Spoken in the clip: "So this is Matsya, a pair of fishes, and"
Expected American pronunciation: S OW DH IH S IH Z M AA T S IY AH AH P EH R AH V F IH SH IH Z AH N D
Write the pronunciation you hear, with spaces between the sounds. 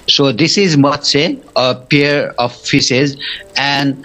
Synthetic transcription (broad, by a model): S OW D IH S IH Z M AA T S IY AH AH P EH R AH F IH S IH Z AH N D